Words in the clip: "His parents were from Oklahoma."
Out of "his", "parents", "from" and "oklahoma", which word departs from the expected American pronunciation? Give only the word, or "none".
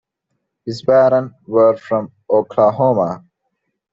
parents